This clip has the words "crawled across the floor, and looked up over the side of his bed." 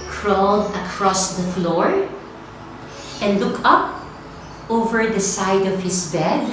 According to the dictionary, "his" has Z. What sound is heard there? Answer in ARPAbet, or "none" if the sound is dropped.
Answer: S